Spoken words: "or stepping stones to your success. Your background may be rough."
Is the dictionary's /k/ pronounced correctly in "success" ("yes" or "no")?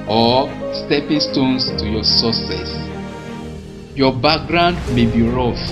no